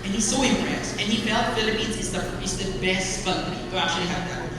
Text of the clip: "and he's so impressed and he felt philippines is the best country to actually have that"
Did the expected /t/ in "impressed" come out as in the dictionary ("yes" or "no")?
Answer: no